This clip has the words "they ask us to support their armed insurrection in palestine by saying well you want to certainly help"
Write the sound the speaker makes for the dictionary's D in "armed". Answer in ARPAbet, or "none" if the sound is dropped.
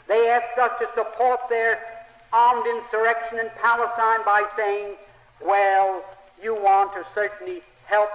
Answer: D